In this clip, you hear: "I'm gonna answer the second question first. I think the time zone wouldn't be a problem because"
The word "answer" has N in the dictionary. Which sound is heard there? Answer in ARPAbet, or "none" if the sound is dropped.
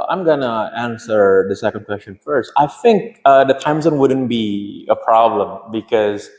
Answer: N